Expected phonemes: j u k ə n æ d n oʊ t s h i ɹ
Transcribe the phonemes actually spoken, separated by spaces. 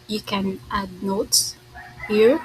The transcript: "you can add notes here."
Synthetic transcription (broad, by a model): j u k ə n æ d n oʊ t h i ɹ